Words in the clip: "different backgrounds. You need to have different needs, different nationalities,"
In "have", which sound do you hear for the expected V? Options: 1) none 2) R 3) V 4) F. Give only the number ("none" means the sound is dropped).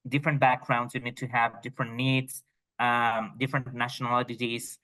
3